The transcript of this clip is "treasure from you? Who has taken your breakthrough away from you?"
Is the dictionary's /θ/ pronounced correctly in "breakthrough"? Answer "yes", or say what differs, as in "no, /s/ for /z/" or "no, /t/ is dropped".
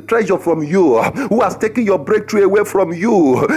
no, /t/ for /θ/